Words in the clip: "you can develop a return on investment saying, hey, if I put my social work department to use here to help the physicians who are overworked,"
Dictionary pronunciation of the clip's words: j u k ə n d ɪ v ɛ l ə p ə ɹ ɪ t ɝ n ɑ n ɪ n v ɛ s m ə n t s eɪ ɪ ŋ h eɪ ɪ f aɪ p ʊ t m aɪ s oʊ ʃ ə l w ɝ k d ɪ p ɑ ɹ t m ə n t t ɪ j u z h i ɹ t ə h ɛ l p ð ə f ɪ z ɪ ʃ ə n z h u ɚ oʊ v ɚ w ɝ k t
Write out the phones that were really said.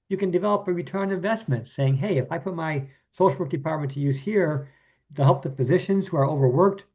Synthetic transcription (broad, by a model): j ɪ k ə n d ɪ v ɛ l ə p ə ɹ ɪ t ɝ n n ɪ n v ɛ s m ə n t s eɪ ɪ ŋ h eɪ ɪ f aɪ p ʊ t m aɪ s oʊ ʃ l w ɝ k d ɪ p ɑ ɹ t m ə n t t ɪ j u z h i ɹ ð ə h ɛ l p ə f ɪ z ɪ ʃ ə n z h u ɚ oʊ v ɚ w ɝ k t